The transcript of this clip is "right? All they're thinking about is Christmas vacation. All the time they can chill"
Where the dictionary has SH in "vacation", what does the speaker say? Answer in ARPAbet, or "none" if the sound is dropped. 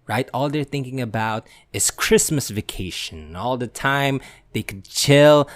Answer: SH